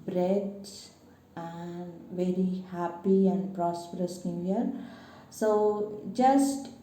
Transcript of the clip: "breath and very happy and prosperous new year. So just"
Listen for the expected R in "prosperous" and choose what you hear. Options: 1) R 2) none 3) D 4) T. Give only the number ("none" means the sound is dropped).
1